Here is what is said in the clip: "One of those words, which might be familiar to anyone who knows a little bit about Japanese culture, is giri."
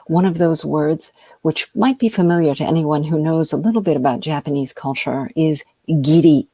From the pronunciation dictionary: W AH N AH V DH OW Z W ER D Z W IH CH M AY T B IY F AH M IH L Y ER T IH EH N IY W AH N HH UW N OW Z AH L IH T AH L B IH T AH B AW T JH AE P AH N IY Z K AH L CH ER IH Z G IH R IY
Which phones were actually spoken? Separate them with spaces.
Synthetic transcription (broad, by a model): W AH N AH V DH OW Z W ER D Z W IH CH M AY T B IY F AH M IH L Y ER T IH EH N IY W AH N HH UW N OW Z AH L IH T L B IH T AH B AW T JH AE P AH N IY Z K AH L CH ER IH Z G IH R IY